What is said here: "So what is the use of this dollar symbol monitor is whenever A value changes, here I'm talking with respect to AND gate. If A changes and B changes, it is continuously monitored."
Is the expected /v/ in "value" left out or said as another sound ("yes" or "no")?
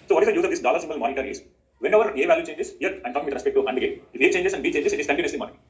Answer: no